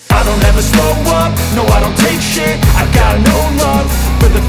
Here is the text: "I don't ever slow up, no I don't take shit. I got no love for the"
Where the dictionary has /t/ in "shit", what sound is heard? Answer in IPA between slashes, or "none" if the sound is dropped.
none